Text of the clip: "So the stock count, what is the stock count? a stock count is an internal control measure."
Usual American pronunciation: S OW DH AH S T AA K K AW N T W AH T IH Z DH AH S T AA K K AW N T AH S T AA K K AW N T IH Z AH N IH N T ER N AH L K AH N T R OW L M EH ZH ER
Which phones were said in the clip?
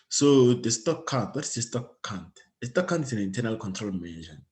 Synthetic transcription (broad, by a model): S OW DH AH S T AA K K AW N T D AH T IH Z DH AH S T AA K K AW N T AH S T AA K K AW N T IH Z AH N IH N T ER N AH L K AH N T R OW L M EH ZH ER